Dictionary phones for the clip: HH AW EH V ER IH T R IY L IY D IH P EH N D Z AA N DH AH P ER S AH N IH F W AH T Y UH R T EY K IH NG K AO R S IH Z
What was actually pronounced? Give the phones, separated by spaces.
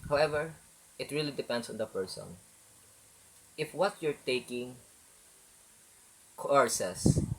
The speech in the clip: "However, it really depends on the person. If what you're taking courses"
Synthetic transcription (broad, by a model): HH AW EH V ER IH T R IY L IY D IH P EH N D S AA N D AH P ER S AH N IH F W AH T Y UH R T EY K IH NG K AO R S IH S